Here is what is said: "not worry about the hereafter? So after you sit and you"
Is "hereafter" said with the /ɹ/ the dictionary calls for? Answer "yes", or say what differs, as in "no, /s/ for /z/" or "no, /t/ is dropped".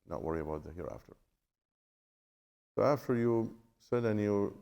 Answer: yes